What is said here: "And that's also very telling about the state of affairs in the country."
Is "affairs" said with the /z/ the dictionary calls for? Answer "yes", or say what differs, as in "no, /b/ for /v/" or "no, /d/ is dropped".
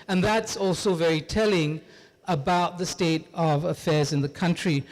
yes